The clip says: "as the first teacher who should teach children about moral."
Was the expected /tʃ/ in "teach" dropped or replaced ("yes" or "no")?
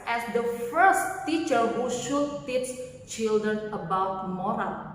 yes